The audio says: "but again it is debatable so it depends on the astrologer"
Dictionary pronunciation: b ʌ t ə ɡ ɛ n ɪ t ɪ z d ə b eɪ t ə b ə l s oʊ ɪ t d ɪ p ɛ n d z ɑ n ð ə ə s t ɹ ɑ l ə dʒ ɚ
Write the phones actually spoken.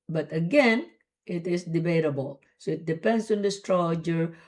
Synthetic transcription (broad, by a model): b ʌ t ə ɡ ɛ n ɪ t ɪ s d ə b eɪ t ə b ə l s oʊ ɪ t d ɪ p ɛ n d s ɑ n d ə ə s t ɹ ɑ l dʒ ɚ